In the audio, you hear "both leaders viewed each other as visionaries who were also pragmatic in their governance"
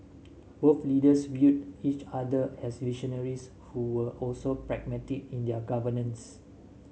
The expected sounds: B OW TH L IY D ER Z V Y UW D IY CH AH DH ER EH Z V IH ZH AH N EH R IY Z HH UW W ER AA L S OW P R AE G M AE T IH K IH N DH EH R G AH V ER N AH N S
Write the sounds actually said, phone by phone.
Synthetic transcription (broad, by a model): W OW F L IY D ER S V Y UW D IY CH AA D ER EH S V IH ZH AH N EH R IY S HH UW W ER AA L S OW P R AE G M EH T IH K IH N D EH G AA V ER N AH N S